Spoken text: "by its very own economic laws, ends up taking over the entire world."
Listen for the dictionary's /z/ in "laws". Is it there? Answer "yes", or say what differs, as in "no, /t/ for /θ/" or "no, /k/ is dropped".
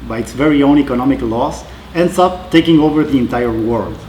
no, /s/ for /z/